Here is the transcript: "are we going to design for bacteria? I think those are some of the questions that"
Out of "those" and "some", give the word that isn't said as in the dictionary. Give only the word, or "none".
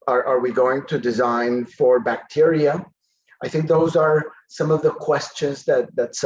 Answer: none